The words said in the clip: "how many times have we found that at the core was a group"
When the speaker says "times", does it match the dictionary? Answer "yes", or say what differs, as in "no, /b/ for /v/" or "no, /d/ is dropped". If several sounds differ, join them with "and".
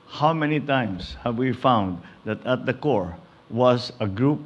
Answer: no, /s/ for /z/